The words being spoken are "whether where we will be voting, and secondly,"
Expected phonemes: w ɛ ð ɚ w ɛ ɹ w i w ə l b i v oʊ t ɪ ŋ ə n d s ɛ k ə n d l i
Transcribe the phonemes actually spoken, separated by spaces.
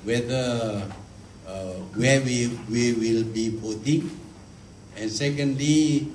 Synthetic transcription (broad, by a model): w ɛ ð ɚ w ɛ w w i w ə l b i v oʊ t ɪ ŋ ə n s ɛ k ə n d l i